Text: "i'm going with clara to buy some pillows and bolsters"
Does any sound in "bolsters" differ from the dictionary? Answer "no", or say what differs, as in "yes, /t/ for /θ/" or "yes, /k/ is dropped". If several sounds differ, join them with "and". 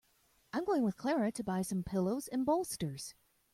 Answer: no